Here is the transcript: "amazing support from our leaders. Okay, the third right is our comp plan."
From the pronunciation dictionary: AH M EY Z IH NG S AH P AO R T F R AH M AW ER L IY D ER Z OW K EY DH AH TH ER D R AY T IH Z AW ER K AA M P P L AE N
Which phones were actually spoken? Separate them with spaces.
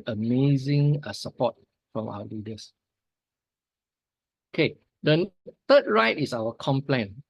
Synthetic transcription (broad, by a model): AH M EY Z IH NG S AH P AO T F R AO M AW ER L IY D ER S OW K EY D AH T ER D R AY T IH S AW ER K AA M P P L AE N